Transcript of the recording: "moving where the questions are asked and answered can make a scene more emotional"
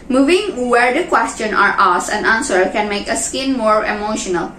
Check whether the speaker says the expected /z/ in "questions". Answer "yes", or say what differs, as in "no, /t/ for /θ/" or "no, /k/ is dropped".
no, /z/ is dropped